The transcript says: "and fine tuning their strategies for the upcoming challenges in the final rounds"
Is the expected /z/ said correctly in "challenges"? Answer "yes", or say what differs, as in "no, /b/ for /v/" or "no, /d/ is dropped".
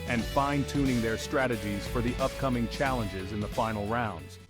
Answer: yes